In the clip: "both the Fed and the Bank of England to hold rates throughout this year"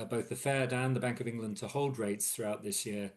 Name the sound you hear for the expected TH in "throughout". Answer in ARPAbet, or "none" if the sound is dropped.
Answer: TH